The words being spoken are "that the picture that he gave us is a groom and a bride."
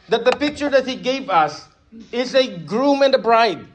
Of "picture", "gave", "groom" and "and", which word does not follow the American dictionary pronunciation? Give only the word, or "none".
none